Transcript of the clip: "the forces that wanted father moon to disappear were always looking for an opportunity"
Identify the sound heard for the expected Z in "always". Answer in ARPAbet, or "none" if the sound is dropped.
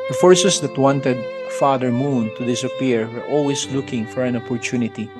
S